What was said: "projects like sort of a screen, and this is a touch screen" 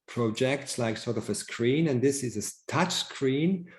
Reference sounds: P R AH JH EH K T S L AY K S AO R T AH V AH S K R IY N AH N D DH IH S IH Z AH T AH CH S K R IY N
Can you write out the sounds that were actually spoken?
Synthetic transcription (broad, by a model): P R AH JH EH K T S L AY K S AO R T AH V AH S K R IY N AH N DH IH S IH Z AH T AH CH S K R IY N